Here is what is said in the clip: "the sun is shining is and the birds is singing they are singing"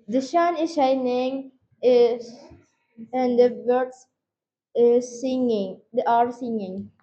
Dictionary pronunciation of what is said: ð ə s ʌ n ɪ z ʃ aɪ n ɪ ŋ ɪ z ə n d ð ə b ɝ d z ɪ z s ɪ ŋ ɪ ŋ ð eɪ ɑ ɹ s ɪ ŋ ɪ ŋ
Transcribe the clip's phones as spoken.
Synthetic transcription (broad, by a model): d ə ʃ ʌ n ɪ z ʃ aɪ n ɪ ŋ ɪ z ə n d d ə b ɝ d s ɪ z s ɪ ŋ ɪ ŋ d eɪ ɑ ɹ s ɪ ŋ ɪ ŋ